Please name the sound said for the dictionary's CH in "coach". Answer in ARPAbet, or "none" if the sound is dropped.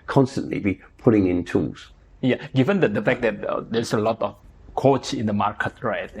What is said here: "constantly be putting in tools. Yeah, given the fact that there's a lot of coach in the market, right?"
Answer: S